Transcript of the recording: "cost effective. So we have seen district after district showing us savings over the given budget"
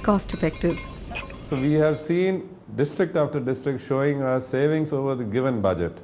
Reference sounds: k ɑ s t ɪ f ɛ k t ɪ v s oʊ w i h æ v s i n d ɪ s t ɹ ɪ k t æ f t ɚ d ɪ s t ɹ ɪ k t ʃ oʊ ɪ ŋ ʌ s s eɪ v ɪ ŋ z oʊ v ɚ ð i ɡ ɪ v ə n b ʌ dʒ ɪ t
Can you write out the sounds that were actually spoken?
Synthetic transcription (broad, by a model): k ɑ s t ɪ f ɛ k t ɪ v s oʊ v i h æ v s i n d ɪ s t ɹ ɪ k t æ f t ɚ d ɪ s t ɹ ɪ k t ʃ oʊ ɪ ŋ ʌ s s eɪ v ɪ ŋ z oʊ v ɚ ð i ɡ ɪ v ə n b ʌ dʒ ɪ t